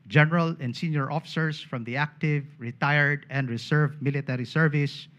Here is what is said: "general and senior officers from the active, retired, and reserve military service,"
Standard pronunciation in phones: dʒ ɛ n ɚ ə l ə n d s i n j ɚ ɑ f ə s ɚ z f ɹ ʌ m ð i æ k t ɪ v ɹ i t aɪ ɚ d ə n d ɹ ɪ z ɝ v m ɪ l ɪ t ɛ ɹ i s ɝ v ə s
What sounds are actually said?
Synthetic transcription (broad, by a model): dʒ ɛ n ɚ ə l ə n d s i n j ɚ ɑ f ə s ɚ s f ɹ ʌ m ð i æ k t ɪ v ɹ i t aɪ ɚ d ə n d ɹ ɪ s ɝ v m ɪ l ɪ t ɛ ɹ i s ɝ v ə s